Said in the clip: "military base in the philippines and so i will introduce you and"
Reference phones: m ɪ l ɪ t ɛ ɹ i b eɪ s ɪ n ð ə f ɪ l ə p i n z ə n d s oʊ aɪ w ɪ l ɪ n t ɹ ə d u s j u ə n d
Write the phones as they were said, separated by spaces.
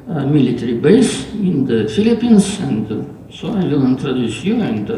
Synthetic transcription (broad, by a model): m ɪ l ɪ t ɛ ɹ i b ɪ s ɪ n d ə f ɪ l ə p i n s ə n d s oʊ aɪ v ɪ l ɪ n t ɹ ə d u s j u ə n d